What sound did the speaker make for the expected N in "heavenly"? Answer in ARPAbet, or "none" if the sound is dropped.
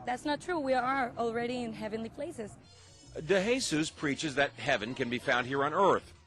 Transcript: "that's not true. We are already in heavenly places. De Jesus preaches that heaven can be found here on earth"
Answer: N